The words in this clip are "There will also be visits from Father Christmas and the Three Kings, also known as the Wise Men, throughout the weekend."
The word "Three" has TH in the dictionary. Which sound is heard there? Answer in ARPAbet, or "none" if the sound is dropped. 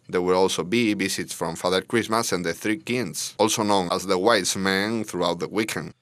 TH